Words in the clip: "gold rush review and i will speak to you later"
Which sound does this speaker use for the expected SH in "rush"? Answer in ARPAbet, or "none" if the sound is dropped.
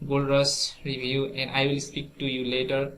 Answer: S